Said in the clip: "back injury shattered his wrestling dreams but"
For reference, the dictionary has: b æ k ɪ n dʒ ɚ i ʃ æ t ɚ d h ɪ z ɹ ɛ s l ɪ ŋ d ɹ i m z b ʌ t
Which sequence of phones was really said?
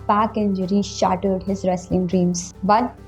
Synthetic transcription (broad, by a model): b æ k ɪ n dʒ ɚ i ʃ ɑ t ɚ d h ɪ z ɹ ɛ s l ɪ ŋ d ɹ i m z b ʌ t